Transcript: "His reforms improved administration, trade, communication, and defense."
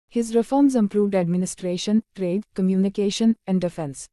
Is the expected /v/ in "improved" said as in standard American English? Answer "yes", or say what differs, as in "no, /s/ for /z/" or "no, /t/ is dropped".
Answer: yes